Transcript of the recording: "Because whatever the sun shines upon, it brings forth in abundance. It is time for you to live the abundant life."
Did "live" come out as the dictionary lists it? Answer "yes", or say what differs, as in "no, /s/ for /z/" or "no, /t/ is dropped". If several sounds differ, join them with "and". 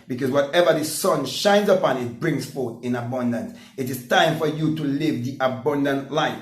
yes